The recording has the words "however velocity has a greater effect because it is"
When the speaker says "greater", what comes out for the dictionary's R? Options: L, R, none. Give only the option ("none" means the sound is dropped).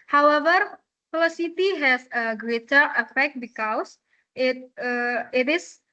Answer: R